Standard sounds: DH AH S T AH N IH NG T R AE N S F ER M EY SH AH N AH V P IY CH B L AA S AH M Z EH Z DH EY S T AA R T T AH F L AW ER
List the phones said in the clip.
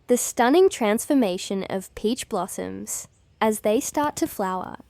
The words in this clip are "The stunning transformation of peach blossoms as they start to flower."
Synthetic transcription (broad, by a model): DH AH S T AH N IH NG T R AE N S F ER M EY SH AH N AH V P IY CH B L AA S AH M Z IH Z DH EY S T AA R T T AH F L AW ER